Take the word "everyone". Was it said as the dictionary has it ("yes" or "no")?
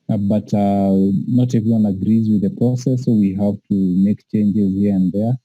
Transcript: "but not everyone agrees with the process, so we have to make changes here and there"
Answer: no